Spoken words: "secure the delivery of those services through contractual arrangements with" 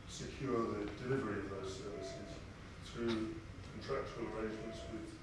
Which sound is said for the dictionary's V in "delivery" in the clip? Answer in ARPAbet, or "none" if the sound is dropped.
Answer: V